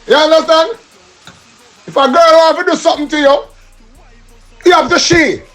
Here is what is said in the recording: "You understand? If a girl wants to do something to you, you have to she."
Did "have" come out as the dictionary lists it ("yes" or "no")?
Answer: no